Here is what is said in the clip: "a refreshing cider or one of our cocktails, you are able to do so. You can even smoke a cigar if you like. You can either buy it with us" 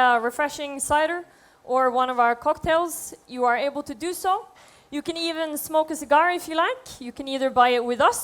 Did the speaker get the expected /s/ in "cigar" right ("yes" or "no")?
yes